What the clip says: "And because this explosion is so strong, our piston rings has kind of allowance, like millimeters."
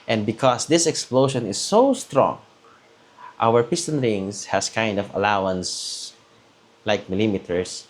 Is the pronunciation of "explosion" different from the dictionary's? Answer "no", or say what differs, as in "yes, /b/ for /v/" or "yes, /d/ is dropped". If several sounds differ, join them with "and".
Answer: yes, /ʃ/ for /ʒ/